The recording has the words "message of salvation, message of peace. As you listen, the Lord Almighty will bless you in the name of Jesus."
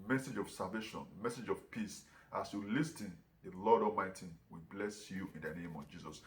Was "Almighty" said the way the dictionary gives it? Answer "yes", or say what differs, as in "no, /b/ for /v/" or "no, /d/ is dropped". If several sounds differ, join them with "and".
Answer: no, /l/ is dropped